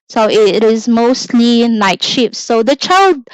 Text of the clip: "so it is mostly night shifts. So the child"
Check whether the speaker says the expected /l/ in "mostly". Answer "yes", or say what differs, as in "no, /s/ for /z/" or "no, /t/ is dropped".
yes